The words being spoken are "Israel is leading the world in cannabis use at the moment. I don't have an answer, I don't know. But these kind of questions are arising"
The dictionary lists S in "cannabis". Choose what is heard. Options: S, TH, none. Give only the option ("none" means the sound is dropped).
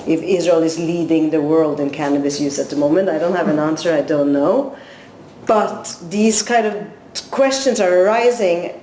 S